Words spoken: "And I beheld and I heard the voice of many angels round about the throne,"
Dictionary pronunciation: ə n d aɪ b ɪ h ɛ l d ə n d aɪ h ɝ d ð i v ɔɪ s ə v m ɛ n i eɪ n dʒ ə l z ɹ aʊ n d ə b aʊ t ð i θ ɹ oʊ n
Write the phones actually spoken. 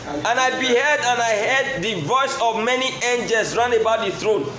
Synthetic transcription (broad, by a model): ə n aɪ b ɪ h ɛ d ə n aɪ h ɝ d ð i v ɔɪ s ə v m ɛ n i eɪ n dʒ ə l s ɹ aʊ n ə b aʊ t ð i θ ɹ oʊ n